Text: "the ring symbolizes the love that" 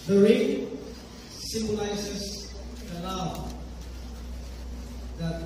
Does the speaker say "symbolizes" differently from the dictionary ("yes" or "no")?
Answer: yes